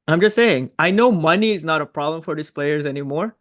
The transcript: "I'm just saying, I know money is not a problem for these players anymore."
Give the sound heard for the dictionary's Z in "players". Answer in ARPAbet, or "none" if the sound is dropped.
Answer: Z